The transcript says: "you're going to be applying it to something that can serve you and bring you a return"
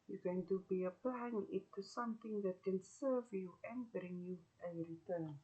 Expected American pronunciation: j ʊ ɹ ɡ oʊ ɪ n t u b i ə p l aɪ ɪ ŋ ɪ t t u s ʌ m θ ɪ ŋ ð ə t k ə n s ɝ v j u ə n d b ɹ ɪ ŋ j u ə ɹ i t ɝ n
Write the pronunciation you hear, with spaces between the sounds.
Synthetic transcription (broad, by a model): j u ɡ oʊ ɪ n t u b i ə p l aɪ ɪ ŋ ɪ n t u s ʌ m t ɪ ŋ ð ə t k ə n s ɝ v j u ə n b ɹ ɪ ŋ j u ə ɹ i t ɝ n